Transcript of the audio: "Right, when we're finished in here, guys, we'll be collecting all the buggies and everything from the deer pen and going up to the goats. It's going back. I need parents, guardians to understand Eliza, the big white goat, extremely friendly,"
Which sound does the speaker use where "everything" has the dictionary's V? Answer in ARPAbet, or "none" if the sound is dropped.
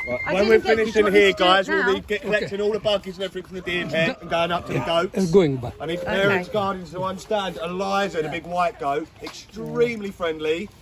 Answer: F